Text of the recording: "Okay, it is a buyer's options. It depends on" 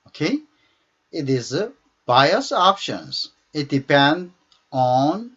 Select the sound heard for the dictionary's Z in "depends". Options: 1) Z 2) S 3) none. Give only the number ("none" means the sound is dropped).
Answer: 3